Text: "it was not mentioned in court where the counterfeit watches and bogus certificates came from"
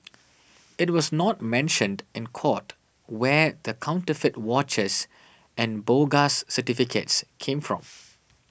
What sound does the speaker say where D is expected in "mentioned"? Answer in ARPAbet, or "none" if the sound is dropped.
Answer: D